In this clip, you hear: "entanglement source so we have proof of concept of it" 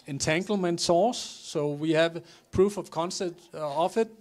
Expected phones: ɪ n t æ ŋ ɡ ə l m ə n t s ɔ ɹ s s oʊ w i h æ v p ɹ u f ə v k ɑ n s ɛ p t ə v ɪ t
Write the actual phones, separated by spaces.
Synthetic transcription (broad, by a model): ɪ n t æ ŋ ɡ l m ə n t s ɔ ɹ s s oʊ w i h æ v p ɹ u f ə v k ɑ n s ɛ t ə f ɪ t